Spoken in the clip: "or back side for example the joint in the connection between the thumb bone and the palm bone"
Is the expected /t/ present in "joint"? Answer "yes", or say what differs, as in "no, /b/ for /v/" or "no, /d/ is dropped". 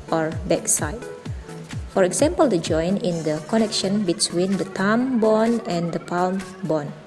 no, /t/ is dropped